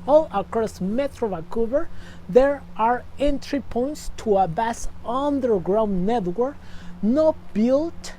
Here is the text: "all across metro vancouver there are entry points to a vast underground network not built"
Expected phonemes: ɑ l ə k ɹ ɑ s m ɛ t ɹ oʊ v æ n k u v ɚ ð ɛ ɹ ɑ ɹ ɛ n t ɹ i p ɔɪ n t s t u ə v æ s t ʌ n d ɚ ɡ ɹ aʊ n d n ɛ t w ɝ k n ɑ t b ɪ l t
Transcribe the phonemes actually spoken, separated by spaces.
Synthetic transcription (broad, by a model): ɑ l ə k ɹ ɑ s m ɛ t ɹ oʊ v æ k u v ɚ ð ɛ ɹ ɑ ɹ ɛ n t ɹ i p ɔɪ n t s t u ə b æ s ʌ n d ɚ ɡ ɹ aʊ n n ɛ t w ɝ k n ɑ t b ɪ l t